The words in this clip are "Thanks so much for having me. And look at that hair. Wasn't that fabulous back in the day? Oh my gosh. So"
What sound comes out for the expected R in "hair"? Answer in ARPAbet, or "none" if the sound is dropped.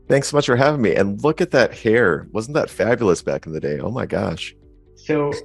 R